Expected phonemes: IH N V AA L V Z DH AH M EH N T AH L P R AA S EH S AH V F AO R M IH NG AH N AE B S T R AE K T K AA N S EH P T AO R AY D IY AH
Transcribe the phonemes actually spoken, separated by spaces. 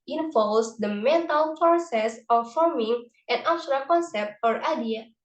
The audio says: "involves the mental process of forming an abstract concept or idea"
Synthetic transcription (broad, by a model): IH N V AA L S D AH M EH N T AH L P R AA S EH S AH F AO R M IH NG AH N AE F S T R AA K K AA N S EH P T AO R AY D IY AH